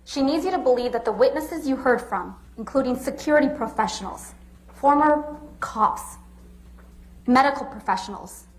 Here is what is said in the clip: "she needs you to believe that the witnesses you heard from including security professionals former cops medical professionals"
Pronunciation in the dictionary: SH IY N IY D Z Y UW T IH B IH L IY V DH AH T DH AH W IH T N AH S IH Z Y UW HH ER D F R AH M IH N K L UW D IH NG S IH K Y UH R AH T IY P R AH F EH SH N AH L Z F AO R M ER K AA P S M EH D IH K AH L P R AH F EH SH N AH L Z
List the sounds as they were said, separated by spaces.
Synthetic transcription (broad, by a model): SH IY N IY D Z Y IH T IH B IH L IY V DH AH T DH AH W IH T N AH S IH Z Y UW HH ER D F R AH M IH N K L UW D IH NG S IH K Y UH R AH T IY P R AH F EH SH N L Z F AO R M ER K AA S M EH D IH K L P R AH F EH SH N L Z